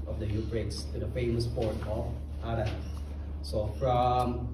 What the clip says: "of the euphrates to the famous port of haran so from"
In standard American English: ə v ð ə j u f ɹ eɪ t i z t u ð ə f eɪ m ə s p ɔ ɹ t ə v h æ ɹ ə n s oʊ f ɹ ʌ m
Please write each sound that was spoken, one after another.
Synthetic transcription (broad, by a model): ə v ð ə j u p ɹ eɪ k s t u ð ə f eɪ m ə s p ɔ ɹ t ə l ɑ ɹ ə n s oʊ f ɹ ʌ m